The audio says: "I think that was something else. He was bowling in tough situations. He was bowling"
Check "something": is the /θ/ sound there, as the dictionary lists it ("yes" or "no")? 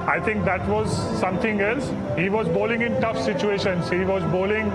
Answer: no